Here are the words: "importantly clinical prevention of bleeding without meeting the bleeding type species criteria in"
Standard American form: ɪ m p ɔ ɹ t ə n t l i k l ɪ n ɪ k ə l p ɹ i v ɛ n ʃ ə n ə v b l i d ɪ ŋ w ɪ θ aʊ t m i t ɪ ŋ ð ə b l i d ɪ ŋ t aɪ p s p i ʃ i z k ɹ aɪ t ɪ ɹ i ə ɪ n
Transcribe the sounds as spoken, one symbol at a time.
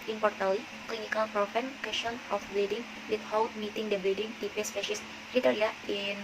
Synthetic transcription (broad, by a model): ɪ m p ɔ ɹ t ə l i k l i n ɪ k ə l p ɹ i f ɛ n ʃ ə n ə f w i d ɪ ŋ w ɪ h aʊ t m i t ɪ ŋ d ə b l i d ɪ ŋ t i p s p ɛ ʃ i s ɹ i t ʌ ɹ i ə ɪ n